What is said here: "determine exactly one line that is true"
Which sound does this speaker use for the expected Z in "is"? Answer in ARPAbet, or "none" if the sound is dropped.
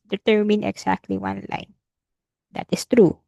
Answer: S